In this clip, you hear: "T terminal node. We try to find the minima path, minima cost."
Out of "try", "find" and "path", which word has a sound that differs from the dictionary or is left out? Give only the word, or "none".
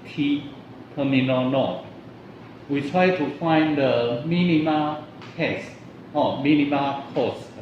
path